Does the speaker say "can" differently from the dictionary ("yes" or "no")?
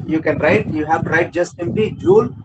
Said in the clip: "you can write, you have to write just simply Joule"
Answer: no